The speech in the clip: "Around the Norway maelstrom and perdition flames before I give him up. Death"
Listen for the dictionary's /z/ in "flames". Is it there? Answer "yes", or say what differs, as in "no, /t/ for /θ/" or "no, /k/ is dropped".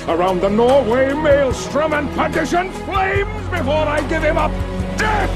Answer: yes